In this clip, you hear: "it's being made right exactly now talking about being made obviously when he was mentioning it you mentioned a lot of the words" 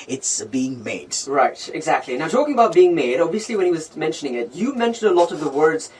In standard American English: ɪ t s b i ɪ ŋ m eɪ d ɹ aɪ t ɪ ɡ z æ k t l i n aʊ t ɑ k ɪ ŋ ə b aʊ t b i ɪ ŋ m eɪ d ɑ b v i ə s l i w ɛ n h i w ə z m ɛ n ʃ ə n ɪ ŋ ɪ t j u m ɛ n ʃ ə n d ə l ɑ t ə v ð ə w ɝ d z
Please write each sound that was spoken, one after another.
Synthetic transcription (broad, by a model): ɪ t s b i ɪ ŋ m eɪ d ɹ aɪ t ɪ ɡ z æ k t l i n aʊ t ɑ k ɪ ŋ ə b aʊ t b i ɪ ŋ m eɪ d ɑ b v i ə s l i w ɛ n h i w ə z m ɛ n ʃ ə n ɪ ŋ ɪ t j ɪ m ɛ n ʃ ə n d ə l ɑ t ə v ð ə w ɝ d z